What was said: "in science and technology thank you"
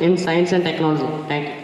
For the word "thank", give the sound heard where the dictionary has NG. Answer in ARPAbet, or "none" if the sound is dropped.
none